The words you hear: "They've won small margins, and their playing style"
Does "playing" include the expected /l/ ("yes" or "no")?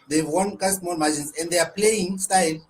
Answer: yes